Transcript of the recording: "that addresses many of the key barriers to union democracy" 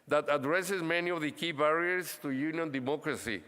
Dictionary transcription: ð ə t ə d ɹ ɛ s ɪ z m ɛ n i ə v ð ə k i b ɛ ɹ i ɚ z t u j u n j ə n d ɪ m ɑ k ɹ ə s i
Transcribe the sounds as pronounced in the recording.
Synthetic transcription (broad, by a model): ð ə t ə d ɹ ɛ s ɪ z m ɛ n i ə v ð ə k i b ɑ ɹ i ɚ s t u j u n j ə n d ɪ m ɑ k ɹ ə s i